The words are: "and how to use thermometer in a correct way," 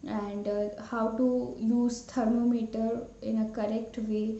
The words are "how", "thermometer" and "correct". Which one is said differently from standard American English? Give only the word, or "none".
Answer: thermometer